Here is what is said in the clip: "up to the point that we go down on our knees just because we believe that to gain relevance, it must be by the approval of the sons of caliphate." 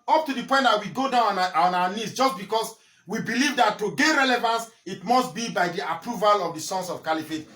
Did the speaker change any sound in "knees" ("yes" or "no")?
yes